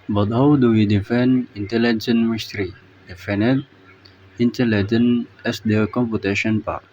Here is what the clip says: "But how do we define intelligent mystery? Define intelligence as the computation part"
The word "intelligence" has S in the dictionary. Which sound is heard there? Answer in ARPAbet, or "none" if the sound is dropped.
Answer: none